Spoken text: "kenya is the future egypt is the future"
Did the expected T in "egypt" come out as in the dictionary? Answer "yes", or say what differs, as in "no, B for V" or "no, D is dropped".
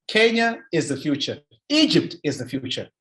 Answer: yes